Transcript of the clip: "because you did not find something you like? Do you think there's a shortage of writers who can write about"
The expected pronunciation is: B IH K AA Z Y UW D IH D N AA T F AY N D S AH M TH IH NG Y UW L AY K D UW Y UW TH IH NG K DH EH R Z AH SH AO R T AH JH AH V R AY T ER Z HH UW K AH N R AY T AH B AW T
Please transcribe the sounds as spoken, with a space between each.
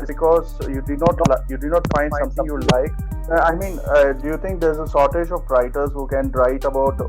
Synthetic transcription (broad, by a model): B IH K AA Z Y UW D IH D N AA T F AY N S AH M T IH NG Y UW L AY K D UW Y UW T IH NG K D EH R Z AH S AO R T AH JH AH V R AY T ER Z HH UW K AH N R AY T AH B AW T